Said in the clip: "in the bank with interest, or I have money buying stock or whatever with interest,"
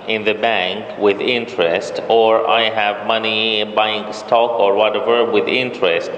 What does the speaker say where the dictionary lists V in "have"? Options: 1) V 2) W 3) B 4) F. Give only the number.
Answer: 1